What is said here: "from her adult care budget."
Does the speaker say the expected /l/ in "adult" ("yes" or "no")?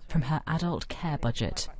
yes